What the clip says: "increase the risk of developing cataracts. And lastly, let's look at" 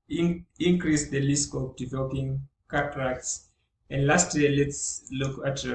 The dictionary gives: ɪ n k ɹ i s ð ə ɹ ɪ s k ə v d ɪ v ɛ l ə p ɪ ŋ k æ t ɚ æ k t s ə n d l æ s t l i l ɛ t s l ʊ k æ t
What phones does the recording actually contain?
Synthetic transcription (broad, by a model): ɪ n k ɹ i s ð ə l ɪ s k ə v d ɪ v ɛ l ə p ɪ ŋ k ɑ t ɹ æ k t s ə n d l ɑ s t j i l ɛ t s l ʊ k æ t